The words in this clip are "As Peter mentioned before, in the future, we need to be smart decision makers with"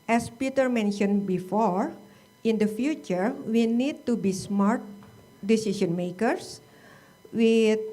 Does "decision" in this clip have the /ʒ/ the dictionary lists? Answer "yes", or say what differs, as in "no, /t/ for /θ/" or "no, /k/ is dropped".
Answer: no, /s/ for /ʒ/